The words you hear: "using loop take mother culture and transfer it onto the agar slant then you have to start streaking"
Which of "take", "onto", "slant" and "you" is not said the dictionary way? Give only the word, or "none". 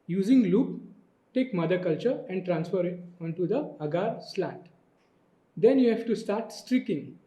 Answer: slant